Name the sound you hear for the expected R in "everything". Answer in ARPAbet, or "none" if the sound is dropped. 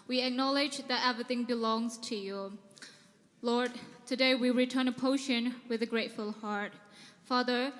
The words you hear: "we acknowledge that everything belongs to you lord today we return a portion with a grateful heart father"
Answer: R